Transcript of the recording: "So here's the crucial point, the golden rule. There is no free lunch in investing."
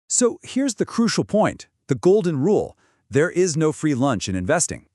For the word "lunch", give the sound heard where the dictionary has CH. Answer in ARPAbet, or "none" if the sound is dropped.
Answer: CH